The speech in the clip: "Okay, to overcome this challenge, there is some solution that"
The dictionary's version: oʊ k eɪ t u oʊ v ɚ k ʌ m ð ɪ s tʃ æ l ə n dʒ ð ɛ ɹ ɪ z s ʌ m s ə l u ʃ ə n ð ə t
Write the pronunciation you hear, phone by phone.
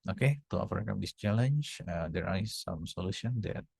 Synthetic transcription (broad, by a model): oʊ k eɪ t u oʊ f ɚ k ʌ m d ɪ s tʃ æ l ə n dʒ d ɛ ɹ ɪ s s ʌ m s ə l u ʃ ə n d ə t